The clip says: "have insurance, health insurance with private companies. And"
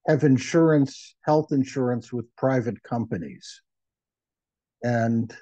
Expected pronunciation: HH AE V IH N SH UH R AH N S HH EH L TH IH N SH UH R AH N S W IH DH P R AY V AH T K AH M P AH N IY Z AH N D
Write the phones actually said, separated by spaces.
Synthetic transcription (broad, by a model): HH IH V IH N SH UH R AH N S HH EH L TH IH N SH UH R AH N S W IH DH P R AY V AH T K AH M P AH N IY Z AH N